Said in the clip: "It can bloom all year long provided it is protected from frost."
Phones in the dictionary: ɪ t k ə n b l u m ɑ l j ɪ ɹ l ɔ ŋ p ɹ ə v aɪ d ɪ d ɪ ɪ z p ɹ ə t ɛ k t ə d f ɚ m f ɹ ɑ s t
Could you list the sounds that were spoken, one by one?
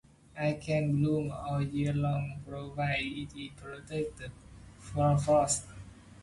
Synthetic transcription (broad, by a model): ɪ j k ə n b l u m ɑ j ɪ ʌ l ɔ ŋ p ɹ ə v aɪ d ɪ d ɪ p ɹ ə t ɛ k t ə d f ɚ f ɑ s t